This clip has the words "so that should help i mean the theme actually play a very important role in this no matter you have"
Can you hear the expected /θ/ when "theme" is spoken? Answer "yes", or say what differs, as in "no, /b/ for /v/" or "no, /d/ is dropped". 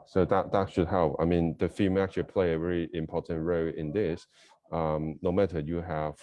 no, /f/ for /θ/